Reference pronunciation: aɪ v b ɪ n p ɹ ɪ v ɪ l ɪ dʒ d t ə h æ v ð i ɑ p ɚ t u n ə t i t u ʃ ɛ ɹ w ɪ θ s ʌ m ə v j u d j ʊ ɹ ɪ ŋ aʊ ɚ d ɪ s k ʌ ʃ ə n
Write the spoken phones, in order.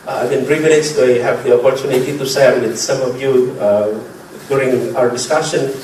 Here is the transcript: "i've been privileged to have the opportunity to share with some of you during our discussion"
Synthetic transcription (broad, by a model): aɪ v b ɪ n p ɹ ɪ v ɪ n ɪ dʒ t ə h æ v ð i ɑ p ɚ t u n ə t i t u s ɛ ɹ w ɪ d s ʌ m ə v j u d j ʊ ɹ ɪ ŋ aʊ ɚ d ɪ s k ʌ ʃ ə n